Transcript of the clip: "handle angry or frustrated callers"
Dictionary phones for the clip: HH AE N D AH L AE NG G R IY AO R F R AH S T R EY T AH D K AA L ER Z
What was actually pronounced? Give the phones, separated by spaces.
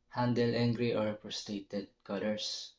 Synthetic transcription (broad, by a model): HH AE N D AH L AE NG G R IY AO R P R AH S T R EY T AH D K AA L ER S